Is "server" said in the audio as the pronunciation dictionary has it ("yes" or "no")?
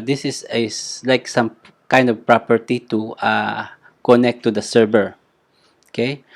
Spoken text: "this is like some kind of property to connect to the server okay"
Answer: no